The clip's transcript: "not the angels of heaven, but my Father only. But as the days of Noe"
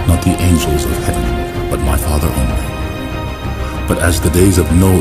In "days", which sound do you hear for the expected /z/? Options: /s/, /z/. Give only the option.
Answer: /z/